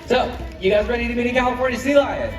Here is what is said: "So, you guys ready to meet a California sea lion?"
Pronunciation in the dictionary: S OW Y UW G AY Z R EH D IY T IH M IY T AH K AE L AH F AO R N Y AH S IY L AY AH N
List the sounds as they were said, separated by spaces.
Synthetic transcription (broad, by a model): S OW Y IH G AY Z R EH D IY T IH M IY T AH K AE AH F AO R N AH S IY L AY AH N